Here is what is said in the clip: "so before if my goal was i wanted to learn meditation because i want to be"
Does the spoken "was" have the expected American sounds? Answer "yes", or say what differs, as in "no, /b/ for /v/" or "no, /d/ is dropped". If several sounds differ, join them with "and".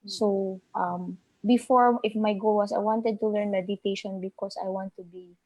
no, /s/ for /z/